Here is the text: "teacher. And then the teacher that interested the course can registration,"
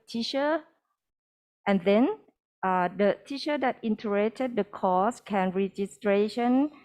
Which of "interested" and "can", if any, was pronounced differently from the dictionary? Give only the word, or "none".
interested